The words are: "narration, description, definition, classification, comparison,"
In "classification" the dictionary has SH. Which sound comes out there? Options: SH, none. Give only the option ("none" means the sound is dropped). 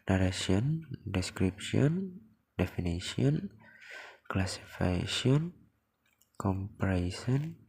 none